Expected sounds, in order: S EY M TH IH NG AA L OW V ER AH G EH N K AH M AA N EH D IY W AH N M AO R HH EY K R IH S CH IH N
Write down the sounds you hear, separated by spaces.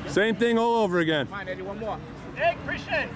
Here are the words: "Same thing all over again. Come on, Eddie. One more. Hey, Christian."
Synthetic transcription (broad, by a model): S EY M TH IH NG AA L OW V ER AH G EH N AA IH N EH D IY W AH N M AO R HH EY K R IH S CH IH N